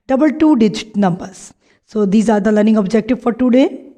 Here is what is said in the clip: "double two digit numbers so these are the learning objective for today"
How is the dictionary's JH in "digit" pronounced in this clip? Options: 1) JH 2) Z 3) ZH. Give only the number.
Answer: 1